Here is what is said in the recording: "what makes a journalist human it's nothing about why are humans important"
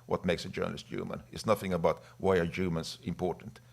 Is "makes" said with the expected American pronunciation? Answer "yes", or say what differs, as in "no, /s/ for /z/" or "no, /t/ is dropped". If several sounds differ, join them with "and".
yes